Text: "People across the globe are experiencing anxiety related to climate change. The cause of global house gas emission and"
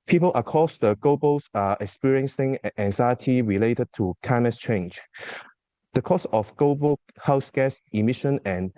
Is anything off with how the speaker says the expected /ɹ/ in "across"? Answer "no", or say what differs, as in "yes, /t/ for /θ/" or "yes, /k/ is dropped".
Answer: yes, /ɹ/ is dropped